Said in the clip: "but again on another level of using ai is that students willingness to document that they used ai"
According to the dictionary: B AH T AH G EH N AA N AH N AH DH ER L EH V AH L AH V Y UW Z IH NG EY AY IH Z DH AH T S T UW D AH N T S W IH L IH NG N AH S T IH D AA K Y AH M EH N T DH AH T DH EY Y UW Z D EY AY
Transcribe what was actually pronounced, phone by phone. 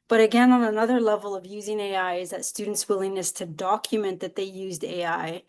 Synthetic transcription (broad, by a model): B AH T AH G EH N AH N AH N AH DH ER L EH V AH L AH V Y UW Z IH NG EY AY IH Z DH AH T S T UW D N T S W IH L IH NG N AH S T IH D AA K Y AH M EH N DH AH T DH EY Y UW Z D EY AY